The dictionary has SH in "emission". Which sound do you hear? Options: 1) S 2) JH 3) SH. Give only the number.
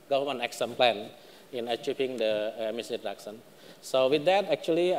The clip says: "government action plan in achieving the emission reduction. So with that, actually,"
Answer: 1